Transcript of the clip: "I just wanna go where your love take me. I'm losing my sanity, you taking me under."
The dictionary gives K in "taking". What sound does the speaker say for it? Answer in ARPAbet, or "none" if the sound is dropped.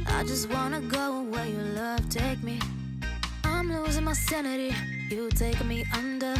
none